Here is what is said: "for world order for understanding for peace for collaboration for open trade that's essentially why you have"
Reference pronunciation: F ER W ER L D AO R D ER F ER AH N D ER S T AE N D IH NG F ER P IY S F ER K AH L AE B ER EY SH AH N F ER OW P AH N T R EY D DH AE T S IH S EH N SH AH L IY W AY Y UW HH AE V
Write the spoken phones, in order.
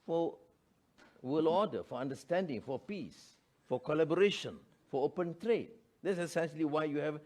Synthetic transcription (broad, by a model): F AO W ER L AO D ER F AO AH N D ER S T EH N D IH NG F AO P IY S F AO K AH L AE B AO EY SH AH N F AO OW P AH N T R EY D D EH T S IH S EH N SH AH L IY W AY Y UW HH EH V